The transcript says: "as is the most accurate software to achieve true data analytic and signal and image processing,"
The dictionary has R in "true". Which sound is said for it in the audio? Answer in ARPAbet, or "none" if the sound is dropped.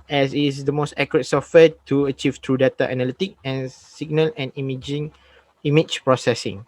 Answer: R